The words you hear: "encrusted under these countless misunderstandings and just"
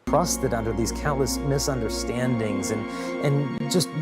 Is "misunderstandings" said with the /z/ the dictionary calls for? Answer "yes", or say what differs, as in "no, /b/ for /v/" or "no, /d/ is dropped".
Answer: yes